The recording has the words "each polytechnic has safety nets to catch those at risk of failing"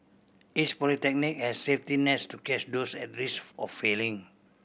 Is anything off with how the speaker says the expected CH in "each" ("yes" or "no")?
yes